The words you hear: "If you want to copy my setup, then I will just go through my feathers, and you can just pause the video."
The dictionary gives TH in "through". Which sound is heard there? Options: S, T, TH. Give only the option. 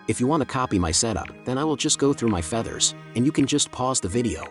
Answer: TH